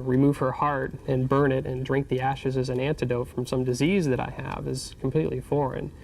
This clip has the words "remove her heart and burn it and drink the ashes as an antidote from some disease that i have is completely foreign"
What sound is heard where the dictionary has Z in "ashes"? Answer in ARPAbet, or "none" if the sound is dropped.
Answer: Z